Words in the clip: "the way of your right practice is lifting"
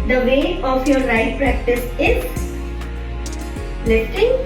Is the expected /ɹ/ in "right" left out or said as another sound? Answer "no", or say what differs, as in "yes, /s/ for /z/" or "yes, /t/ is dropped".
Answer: yes, /l/ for /ɹ/